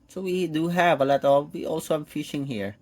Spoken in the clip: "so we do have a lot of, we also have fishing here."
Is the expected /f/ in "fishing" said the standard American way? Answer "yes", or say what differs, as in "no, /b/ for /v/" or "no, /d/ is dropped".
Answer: yes